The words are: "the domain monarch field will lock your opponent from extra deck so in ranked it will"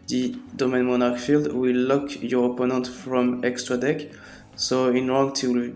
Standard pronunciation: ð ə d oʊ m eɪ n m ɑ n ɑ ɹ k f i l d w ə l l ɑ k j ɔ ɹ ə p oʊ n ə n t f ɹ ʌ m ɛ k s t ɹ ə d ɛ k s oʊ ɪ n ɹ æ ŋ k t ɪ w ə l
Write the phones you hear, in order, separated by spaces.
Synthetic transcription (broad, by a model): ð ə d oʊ m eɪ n m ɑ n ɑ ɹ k f i l d w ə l l ɑ k j ɔ ɹ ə p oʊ n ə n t f ɹ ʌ m ɛ k s t ɹ ə d ɛ k s oʊ ɪ n ɹ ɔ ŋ t ɪ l